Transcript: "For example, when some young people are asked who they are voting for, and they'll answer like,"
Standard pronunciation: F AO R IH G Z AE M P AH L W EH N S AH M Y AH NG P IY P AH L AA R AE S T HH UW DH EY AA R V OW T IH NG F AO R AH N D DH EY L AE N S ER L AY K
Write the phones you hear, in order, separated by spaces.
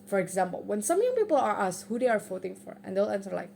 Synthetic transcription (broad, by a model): F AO R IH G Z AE M P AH L W EH N S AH M Y AH NG P IY P AH L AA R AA S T HH UW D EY AA R F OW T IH NG F AO R AH N D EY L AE N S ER L AY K